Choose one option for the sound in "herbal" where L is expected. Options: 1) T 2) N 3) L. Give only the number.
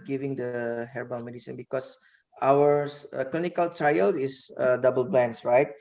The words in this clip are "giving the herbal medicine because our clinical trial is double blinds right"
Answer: 2